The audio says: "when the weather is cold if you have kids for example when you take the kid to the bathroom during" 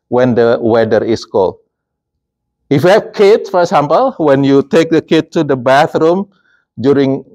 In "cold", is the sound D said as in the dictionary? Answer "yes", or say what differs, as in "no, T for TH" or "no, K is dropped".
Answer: no, D is dropped